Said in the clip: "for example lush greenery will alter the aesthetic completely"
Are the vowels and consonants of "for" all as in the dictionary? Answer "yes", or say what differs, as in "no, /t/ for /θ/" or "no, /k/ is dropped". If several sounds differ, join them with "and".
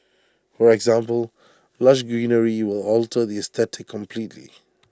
yes